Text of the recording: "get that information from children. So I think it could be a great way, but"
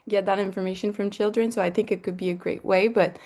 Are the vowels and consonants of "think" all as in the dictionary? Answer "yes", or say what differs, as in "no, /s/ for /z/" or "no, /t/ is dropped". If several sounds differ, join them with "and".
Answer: yes